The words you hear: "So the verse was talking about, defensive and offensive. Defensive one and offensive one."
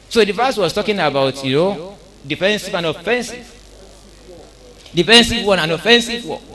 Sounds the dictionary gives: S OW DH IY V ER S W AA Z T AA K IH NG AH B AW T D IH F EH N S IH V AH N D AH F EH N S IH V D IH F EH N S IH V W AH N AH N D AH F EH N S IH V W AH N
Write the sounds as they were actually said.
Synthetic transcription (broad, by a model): S OW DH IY F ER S W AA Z T AA K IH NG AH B AW T D IH F EH N S IH V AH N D AH F EH N S IH V D IH F EH N S IH V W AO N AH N AH F EH N S IH V W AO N